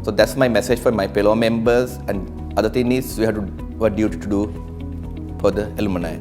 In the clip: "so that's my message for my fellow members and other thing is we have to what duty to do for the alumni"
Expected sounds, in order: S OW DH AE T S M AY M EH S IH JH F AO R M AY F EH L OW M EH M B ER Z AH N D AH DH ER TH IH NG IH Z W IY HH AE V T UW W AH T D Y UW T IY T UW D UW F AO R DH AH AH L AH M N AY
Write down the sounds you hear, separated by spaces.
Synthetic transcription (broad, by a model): S OW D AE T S M AY M EH S IH JH F AO R M AY P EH L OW M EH M B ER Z AH N D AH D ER T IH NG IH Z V IY HH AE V T UW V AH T D Y UW T IY T UW D UW F AO R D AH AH L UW M N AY